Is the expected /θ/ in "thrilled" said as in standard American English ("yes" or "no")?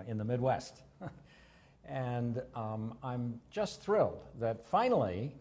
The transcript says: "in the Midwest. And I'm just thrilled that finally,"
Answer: yes